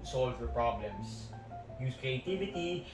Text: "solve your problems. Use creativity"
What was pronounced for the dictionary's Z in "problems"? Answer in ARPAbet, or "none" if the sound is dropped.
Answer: S